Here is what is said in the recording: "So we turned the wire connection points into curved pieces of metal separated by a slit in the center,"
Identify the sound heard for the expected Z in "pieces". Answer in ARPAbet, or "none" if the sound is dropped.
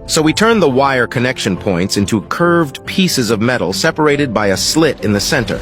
Z